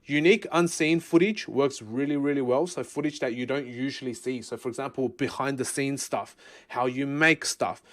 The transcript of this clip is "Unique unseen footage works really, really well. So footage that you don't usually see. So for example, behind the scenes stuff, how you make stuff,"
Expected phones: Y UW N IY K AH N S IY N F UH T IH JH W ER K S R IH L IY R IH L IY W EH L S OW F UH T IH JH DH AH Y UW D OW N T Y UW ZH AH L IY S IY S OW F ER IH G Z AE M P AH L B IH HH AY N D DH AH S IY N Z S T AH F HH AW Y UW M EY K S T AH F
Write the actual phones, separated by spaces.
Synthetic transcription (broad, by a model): Y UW N IY K AH N S IY N F UH T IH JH W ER K S R IH L IY R IH L IY W EH L S OW F UH T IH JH DH AH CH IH D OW N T Y UW ZH AH L IY S IY S OW F ER IH G Z AE M P AH L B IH HH AY N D DH AH S IY N S T AH F HH AW Y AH M EY K S T AH F